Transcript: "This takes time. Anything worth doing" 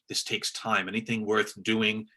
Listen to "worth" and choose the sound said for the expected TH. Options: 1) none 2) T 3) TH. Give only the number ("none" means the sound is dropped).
3